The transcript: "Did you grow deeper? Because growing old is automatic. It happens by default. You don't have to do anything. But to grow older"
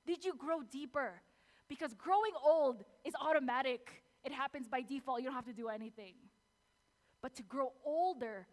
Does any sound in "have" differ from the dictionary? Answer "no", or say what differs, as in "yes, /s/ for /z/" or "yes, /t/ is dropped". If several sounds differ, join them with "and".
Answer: yes, /f/ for /v/